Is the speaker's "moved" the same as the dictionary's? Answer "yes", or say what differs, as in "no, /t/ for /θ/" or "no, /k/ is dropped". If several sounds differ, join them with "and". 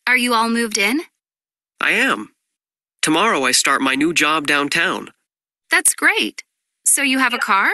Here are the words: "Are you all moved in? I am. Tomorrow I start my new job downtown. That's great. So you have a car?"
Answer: yes